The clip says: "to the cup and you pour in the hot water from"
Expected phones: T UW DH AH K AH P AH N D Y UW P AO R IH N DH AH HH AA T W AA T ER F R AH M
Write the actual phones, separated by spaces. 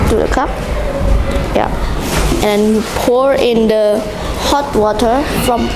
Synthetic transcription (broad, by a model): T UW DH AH K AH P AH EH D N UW P AO R IH N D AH HH AA T W AA T ER F R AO M